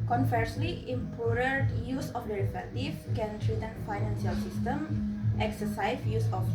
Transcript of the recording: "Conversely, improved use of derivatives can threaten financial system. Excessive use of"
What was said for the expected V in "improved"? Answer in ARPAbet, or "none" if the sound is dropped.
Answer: none